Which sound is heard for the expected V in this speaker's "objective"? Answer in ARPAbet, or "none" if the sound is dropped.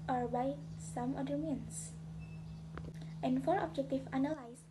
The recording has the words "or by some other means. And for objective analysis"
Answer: F